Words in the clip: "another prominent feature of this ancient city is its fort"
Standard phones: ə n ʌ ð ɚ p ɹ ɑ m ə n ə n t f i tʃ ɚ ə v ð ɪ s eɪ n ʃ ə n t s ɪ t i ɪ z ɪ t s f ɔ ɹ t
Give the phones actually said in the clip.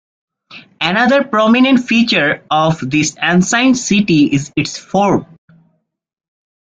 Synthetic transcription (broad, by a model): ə n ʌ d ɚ p ɹ ɑ m ə n ə n t f i tʃ ɚ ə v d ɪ s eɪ n s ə n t s ɪ t i ɪ z ɪ t s f ɔ ɹ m